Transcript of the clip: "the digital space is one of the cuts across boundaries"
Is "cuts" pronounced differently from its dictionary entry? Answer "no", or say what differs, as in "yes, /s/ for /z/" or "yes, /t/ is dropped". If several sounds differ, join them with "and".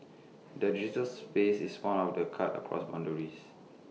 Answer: yes, /s/ is dropped